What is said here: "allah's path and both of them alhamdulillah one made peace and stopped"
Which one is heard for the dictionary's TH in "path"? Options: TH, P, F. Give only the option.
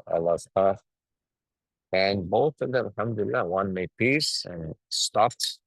F